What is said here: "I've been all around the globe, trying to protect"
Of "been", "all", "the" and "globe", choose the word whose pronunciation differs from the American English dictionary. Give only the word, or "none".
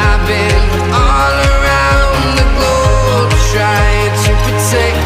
globe